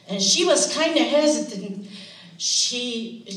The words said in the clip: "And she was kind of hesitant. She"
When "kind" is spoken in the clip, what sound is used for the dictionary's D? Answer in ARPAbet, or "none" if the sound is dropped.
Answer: D